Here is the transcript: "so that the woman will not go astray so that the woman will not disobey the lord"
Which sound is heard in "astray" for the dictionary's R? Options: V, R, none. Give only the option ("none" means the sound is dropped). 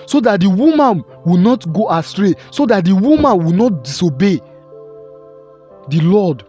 R